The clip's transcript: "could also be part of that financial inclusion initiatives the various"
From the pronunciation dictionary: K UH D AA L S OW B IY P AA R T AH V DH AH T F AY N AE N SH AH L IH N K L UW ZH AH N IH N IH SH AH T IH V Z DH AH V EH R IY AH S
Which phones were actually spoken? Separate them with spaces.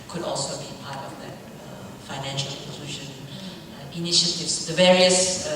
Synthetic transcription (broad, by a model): K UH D AA L S OW B IY P AA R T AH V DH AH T F AY N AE N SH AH L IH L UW SH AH N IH N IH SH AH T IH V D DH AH V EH R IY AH S